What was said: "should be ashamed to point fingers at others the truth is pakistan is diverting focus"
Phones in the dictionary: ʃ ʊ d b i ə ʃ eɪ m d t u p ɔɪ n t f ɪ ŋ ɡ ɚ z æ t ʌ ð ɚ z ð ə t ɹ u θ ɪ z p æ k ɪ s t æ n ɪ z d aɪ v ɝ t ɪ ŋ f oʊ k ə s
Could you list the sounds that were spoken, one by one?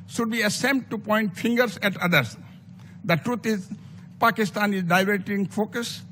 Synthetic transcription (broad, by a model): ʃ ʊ d b i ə s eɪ m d t u p ɔɪ n t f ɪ ŋ ɡ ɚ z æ t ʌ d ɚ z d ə t ɹ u t ɪ z p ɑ k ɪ s t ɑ n ɪ z d aɪ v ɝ t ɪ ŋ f oʊ k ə s